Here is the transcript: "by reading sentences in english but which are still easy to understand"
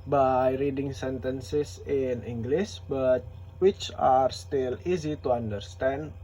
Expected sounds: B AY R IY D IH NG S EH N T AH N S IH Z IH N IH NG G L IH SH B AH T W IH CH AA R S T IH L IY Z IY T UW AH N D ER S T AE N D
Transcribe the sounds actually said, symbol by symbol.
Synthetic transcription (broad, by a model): B AY R IY D IH NG S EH N T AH N S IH S IH N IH NG G L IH S B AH T W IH CH AA R S T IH L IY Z IY T UW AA N D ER S T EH N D